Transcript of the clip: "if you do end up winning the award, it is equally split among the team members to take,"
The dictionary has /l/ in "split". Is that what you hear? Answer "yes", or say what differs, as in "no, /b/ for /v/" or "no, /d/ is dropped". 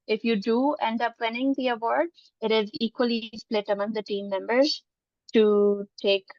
yes